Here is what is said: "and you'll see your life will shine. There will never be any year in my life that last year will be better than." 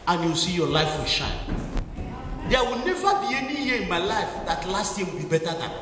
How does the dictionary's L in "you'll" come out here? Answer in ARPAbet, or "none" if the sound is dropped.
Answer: W